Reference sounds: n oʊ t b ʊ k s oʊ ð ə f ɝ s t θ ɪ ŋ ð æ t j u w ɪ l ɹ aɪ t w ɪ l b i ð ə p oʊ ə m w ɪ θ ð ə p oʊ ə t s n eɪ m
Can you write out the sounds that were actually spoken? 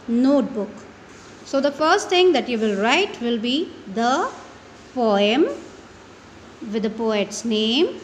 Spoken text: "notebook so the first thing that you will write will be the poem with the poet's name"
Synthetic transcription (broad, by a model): n oʊ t b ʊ k s oʊ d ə f ɝ s t t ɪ ŋ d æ t j u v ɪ l ɹ aɪ t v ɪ l b i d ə p oʊ ə m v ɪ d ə p oʊ ə t s n eɪ m